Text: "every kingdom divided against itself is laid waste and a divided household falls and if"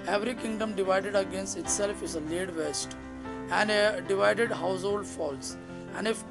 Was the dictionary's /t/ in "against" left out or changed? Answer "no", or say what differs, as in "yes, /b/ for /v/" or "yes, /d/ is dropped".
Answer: no